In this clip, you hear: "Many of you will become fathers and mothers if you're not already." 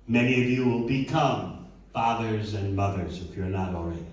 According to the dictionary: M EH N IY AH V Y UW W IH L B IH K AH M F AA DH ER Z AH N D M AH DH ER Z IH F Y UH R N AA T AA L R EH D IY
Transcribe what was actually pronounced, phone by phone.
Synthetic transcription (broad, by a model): M EH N IY AH V Y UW W IH L B IH K AH M F AA DH ER Z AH N M AH DH ER Z IH F Y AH R N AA T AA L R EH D